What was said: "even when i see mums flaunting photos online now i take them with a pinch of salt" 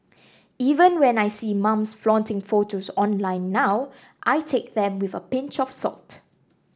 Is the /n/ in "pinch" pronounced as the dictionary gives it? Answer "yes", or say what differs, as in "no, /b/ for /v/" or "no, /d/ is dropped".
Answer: yes